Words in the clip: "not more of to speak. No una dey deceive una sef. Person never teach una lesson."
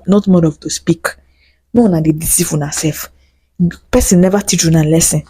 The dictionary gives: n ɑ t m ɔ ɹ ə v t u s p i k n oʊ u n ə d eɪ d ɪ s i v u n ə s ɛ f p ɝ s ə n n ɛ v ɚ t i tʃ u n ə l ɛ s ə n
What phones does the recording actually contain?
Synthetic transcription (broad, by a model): n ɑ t m ɔ ɹ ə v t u s p i k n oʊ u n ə d eɪ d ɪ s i f u n ə s ɛ f p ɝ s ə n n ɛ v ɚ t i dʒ u n ə l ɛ s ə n